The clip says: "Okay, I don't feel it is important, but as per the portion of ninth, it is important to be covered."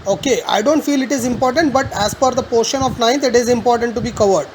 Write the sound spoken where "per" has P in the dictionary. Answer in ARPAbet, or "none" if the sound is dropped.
F